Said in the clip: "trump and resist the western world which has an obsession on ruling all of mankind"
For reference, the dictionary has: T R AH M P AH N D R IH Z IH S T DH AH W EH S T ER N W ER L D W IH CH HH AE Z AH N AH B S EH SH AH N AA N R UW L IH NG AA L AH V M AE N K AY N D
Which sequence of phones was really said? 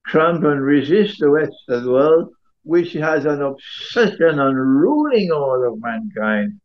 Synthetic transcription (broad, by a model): T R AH M P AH N R IH Z IH S T DH AH W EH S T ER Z W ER L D W IH CH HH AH Z AH N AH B S EH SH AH N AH N R UW L IH NG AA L AH V M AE N K AY N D